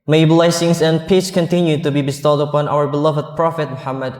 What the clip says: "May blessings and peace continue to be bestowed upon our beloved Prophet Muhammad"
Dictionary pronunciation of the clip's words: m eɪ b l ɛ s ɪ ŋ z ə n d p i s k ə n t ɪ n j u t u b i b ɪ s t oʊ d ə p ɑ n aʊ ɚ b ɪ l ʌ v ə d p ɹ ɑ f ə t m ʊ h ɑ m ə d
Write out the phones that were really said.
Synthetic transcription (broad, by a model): m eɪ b l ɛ s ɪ ŋ s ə n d p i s k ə n t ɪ n j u t u b i b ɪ s t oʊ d ə p ɑ n aʊ ɚ b ɪ l ʌ v ə d p ɹ ɑ f ə t m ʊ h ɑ m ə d